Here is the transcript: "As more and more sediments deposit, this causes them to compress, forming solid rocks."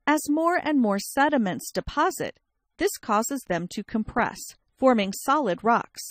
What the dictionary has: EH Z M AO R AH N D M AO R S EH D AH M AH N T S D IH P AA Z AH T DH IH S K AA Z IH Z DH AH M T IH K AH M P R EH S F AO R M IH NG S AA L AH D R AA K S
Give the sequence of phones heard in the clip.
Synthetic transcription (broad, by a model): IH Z M AO R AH N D M AO R S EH D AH M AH N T S D IH P AA Z AH T DH IH S K AA Z IH Z DH AH M T IH K AH M P R EH S F AO R M IH NG S AA L AH D R AA K S